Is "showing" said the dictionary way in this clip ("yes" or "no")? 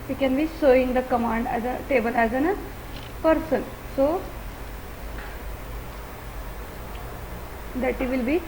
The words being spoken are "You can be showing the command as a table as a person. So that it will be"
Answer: no